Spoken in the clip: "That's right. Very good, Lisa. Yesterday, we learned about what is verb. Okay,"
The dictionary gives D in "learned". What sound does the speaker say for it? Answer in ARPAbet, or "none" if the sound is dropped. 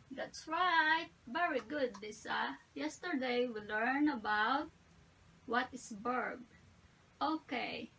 none